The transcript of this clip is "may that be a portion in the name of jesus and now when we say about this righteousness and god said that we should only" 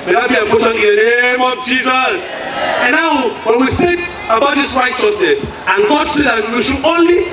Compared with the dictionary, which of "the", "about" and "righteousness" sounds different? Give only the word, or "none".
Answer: none